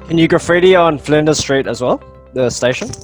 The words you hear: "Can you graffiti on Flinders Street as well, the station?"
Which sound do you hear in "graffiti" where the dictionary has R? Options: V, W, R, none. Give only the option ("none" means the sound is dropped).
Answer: none